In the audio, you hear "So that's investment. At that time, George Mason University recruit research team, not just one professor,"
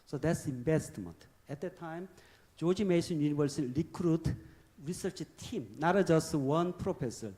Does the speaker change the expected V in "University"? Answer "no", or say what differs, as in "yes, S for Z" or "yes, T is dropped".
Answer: yes, B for V